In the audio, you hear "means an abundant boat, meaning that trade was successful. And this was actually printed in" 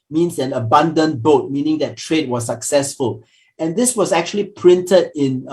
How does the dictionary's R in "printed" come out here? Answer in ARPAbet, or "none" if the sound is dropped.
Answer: R